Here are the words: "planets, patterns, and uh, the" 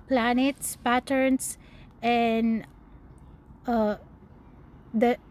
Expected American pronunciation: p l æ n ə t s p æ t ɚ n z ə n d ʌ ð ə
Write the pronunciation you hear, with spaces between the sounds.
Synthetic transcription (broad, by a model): p l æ n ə t s p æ t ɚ n s ə n d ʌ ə